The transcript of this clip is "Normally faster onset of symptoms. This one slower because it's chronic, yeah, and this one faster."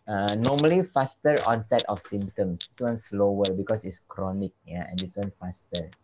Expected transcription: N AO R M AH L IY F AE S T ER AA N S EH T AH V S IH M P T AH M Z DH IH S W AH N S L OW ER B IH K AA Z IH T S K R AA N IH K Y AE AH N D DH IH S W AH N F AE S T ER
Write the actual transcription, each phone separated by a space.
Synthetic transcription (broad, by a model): N AO M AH L IY F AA S T ER AA N S EH T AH F S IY M T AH M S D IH S W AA N S L OW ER B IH K AA S IH T S K R AA N IH K Y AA AH N D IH S W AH N F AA S T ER